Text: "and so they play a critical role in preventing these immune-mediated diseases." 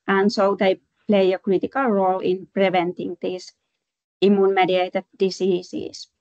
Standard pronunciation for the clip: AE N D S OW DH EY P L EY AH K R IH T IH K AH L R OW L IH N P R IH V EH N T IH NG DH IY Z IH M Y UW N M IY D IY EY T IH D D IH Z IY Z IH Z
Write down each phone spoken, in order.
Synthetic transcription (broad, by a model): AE N S OW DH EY P L EY AH K R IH T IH K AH L R OW L IH N P R IH V EH N T IH NG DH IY S IH M Y UW N M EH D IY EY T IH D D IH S IY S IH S